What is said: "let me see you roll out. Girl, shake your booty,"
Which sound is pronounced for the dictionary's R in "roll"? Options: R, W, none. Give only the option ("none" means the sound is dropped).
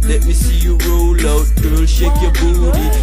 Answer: R